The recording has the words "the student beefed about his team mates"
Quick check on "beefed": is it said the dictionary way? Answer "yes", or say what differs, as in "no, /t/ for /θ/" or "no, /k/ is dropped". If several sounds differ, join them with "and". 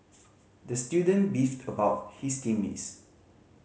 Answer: yes